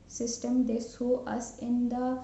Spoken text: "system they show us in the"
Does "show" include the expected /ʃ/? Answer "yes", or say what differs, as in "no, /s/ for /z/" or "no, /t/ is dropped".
no, /s/ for /ʃ/